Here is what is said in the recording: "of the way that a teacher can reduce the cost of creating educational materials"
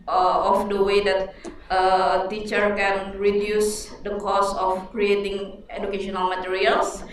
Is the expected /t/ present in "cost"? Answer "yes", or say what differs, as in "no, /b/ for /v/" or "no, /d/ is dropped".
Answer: no, /t/ is dropped